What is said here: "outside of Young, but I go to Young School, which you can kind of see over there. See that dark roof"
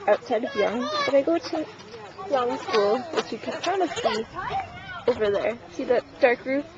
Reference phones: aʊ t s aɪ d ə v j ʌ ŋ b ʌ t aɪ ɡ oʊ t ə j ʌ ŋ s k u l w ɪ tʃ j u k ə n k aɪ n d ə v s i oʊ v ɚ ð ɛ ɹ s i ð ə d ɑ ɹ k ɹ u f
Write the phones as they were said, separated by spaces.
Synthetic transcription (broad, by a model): aʊ t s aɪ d ə v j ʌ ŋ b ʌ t aɪ ɡ oʊ t ə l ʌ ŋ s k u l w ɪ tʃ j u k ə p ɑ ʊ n ə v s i oʊ v ɚ ð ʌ ɹ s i ð ə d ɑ ɹ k ɹ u